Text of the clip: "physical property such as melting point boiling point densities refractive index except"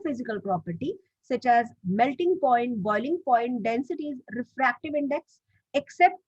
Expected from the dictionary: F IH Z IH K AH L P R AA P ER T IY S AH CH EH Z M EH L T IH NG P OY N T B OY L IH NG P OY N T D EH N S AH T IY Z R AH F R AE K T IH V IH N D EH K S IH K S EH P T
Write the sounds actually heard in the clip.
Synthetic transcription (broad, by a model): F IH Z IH K AH L P R AA P ER T IY S AH CH EH Z M EH L T IH NG P OY N T B OY L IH NG P OY N T D EH N S AH T IY Z R AH F R AE K T IH V IH N D EH K S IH K S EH P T